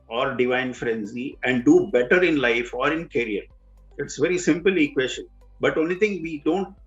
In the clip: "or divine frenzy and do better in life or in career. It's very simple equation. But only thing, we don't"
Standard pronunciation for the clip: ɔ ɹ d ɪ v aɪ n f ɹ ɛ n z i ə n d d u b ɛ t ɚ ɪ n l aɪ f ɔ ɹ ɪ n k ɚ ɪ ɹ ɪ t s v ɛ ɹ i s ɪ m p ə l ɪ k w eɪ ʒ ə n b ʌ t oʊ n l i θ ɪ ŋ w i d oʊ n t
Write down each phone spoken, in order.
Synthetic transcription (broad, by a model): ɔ ɹ d ɪ v aɪ n f ɹ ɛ n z i ə n d d u b ɛ t ɚ ɪ n l aɪ f ɔ ɹ ɪ n k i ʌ ɹ ɪ t s v ɛ ɹ i s ɪ m p ə l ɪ k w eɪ ʃ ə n b ʌ t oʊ n i t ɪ ŋ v i d oʊ n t